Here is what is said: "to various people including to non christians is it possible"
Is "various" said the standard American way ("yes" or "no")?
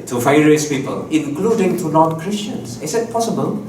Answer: no